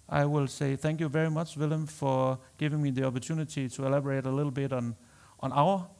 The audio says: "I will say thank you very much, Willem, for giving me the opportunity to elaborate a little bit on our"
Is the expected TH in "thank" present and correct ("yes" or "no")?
yes